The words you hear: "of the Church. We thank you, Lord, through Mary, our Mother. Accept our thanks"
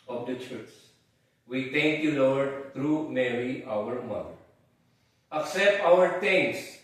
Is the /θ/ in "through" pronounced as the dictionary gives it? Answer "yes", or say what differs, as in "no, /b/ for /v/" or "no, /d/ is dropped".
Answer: no, /t/ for /θ/